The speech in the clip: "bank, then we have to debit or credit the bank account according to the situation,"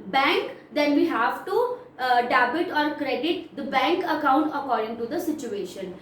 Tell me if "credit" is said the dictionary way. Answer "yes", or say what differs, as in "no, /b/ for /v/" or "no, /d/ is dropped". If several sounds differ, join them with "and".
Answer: yes